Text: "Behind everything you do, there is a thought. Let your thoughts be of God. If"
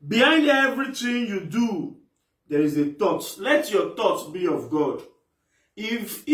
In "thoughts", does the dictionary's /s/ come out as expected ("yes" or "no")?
no